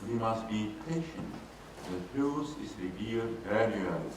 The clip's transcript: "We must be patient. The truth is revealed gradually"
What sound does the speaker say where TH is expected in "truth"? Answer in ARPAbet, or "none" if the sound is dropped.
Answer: S